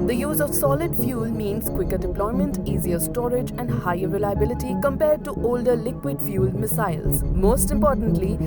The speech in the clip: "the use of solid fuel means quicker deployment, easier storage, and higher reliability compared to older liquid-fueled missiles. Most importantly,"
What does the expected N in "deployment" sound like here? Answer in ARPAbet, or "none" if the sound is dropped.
N